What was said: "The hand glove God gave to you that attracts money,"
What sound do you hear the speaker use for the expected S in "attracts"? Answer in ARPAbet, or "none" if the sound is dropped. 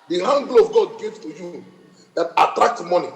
none